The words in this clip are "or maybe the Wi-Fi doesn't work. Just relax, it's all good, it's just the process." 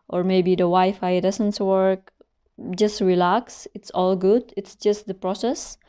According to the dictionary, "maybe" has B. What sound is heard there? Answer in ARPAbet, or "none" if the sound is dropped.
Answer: none